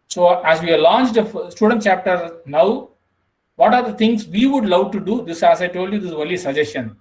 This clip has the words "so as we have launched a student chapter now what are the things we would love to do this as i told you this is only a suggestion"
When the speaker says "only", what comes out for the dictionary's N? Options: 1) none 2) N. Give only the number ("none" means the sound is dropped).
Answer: 1